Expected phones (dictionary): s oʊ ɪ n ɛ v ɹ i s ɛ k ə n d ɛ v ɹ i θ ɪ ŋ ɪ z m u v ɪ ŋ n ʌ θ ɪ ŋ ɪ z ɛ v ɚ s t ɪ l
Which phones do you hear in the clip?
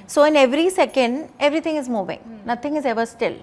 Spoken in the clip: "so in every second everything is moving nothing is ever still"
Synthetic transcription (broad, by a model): s oʊ ɪ n ɛ v ɹ i s ɛ k ə n d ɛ v ɹ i t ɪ ŋ ɪ z m u v ɪ ŋ n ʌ t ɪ ŋ ɪ z ɛ v ɚ s t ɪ l